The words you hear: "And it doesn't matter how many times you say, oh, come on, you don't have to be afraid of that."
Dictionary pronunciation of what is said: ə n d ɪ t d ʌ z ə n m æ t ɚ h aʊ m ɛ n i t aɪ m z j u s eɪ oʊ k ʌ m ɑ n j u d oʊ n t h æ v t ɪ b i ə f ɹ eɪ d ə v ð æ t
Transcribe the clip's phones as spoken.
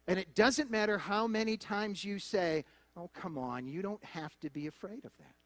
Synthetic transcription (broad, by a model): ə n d ɪ t d ʌ z ə n m æ t ɚ h aʊ m ɛ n i t aɪ m z j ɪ s eɪ oʊ k ʌ m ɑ n j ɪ d oʊ n t h æ f t ɪ b i ə f ɹ eɪ d ə v ð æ t